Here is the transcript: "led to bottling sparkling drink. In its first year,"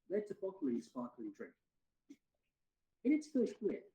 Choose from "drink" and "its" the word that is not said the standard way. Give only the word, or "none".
none